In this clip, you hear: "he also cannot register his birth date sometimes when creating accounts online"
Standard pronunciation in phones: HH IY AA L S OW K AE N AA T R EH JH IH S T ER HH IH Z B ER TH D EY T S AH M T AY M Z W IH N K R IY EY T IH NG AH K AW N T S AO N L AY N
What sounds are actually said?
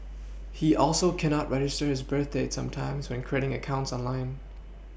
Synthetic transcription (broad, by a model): HH IY AA L S OW K AE N AA T R EH JH IH S T ER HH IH Z B ER TH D EY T S AH M T AY M Z W IH N K R IY EY T IH NG AH K AW N T S AO N L AY N